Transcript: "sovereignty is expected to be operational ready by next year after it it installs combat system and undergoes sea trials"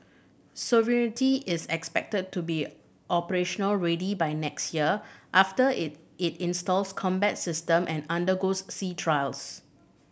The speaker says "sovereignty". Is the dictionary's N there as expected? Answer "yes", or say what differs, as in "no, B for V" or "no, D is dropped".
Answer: no, N is dropped